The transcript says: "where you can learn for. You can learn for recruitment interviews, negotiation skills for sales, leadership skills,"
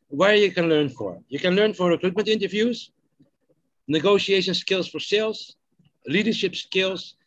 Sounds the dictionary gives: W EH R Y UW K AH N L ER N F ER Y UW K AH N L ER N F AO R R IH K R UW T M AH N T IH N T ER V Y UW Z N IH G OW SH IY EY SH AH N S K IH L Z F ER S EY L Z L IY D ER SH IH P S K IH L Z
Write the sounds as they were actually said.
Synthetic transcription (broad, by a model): W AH R Y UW K AH N L ER N F ER Y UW K AH N L ER N F AO R R IH K R UW T M AH N T IH N T ER V Y UW Z N IH G OW SH IY EY SH AH N S K IH L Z F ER S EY L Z L IY D ER SH IH P S K IH L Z